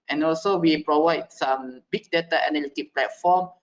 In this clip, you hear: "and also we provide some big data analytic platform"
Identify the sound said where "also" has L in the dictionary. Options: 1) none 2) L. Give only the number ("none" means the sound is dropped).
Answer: 2